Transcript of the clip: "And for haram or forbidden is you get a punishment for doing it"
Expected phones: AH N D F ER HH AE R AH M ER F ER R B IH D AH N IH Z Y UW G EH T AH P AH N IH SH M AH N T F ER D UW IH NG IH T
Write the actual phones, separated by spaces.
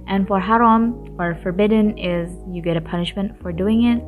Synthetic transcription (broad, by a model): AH N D F ER HH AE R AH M ER F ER R B IH D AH N IH Z Y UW G EH T AH P AH N IH SH M AH N T F ER D UW IH NG IH T